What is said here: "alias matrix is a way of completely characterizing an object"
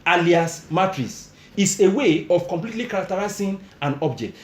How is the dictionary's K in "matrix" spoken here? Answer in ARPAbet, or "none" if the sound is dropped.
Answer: none